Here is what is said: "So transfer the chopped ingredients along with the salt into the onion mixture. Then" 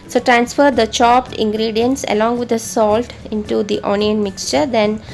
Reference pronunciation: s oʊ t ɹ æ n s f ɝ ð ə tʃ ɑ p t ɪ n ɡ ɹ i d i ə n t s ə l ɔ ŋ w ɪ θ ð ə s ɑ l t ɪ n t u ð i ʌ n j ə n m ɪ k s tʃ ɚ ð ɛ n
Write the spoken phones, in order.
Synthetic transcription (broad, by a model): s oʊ t ɹ æ n s f ɝ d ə tʃ ɑ p t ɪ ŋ ɡ ɹ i d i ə n t s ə l ɔ ŋ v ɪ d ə s ɑ l t ɪ n t u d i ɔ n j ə n m ɪ k s tʃ ɚ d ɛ n